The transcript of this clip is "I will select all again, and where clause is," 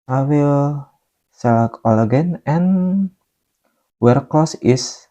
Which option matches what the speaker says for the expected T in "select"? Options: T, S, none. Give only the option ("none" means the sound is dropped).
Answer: none